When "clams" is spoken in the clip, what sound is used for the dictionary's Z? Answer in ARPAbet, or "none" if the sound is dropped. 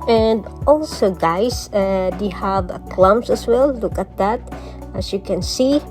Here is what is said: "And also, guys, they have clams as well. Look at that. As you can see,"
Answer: S